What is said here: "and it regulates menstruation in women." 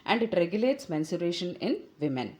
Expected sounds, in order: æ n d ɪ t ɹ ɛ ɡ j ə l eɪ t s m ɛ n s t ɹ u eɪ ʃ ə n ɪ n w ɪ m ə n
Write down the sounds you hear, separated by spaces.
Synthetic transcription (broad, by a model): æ n d ɪ t ɹ ɛ ɡ j ə l eɪ t s m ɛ n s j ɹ eɪ ʃ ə n ɪ n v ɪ m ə n